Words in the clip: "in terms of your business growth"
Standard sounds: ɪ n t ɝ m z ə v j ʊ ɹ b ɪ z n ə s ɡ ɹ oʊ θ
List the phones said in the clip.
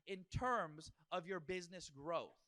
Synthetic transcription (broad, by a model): ɪ n t ɝ m z ə v j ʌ ɹ b ɪ z n ə s ɡ ɹ oʊ θ